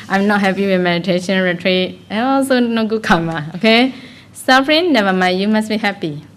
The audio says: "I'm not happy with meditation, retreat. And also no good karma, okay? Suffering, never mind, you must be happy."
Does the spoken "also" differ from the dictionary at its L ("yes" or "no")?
no